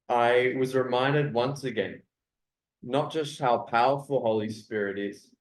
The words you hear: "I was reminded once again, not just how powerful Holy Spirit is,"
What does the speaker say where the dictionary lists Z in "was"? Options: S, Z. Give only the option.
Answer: Z